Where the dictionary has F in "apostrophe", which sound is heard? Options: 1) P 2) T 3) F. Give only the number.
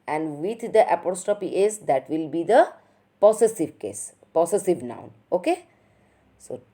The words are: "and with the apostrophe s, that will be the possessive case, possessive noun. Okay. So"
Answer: 1